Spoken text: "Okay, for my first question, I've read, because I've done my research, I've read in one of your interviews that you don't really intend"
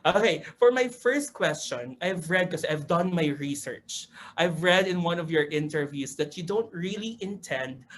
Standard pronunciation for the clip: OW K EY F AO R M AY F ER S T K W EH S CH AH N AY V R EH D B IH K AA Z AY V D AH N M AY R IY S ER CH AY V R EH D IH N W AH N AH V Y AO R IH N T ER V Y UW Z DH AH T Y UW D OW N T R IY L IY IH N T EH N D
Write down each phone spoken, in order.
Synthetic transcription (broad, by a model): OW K EY F AO R M AY F ER S T K W EH S CH AH N AY V R EH D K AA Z AY V D AH N M AY R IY S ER CH AY V R EH D IH N W AH N AH V Y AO R IH N T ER V Y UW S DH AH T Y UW D OW N T R IY L IY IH N T EH N D